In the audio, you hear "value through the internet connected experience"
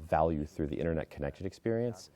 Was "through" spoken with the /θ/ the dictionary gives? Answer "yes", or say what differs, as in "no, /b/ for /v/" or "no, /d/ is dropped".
yes